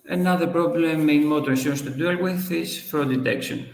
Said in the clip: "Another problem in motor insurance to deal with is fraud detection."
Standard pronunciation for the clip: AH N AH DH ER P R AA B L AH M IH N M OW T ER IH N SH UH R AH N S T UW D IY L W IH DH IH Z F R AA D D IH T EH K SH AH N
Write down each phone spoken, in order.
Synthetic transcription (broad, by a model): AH N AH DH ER P R AA B L AH M IH N M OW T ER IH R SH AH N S T UW D IY L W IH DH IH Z F AA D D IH T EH K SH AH N